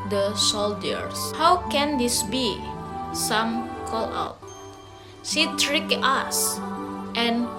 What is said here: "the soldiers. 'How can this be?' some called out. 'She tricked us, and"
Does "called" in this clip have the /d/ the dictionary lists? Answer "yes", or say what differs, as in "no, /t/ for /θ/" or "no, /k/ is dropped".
no, /d/ is dropped